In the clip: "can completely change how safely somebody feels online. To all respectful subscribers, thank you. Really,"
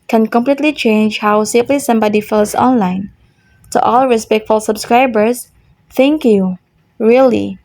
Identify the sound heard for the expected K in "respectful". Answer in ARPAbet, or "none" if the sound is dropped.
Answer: K